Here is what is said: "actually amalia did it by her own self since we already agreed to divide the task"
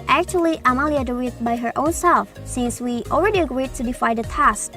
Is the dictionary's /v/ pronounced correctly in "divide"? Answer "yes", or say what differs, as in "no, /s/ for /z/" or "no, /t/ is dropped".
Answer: no, /f/ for /v/